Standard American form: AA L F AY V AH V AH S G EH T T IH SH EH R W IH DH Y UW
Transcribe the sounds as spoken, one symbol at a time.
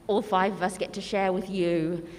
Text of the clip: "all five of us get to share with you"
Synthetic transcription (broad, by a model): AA L F AY V AH V AH S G EH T T IH SH EH R W IH DH Y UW